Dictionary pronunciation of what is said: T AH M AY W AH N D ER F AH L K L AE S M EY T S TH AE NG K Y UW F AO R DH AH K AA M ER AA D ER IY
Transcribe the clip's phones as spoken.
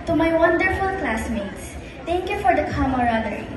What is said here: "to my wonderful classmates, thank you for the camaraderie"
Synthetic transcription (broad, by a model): T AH M AY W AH N D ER F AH L K L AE S M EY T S T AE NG K Y UW F AO R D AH K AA M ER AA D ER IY